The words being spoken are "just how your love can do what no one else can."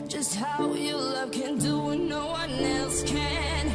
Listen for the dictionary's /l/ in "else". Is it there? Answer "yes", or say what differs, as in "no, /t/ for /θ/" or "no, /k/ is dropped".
yes